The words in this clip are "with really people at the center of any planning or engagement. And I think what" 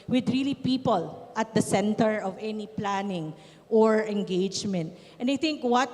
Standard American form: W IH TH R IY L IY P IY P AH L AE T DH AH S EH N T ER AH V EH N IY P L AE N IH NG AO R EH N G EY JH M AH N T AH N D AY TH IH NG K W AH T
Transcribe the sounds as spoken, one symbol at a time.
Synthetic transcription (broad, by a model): W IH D R IY L IY P IY P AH L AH T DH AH S EH N T ER AH V EH N IY P L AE N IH NG AO R EH N G EY JH M AH N T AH N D AY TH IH NG K W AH T